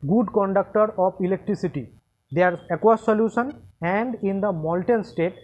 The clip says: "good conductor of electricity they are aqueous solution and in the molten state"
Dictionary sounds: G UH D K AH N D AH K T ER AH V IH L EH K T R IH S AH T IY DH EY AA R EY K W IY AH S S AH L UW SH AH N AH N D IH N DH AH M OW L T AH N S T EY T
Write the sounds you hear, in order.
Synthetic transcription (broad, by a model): G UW D K AH N D AH K T ER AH P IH L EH K T R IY S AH T IY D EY AA R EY K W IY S S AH L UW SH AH N AH N D IH N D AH M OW L T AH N S T EY T